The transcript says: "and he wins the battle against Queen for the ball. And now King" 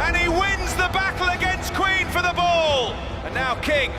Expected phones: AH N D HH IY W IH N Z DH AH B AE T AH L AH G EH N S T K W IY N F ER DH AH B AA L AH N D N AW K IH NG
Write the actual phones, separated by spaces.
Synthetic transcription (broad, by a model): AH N IY W IH N Z DH AH B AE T L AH G EH N S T K W IY N F ER DH AH B AA L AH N N AW K IH NG